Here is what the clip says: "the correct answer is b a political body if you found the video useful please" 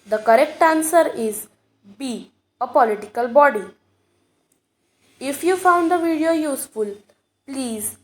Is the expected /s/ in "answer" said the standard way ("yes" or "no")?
yes